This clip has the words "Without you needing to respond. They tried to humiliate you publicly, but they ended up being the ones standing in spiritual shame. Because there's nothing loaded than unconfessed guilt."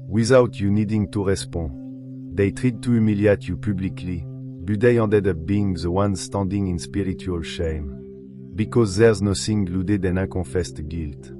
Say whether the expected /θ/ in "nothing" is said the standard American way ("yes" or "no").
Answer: no